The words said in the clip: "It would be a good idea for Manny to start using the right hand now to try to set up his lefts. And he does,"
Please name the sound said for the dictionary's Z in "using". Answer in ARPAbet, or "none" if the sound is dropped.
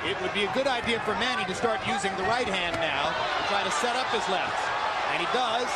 Z